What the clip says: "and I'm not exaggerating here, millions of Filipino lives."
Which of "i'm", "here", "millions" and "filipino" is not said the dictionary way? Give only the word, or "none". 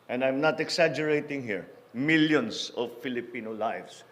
millions